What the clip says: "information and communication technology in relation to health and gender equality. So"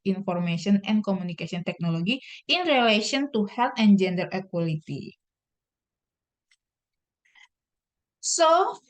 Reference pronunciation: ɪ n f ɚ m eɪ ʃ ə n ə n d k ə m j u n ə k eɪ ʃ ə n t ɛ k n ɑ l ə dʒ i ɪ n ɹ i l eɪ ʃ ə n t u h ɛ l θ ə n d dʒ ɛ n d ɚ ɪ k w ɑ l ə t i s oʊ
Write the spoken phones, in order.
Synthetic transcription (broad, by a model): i n f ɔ m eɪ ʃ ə n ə n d k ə m u n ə k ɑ s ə n t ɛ k n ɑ l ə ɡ i ɪ n ɹ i l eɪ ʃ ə n t u h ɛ l t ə n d dʒ ɛ n d ɚ ɪ k w ɑ l ə t i s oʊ